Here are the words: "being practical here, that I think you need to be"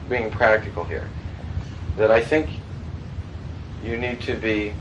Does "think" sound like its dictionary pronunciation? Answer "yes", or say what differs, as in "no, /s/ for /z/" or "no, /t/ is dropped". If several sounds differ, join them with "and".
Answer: yes